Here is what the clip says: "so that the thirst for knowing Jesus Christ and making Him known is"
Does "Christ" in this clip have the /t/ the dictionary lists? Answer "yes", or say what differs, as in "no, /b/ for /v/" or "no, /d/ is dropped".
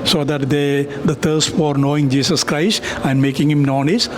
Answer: yes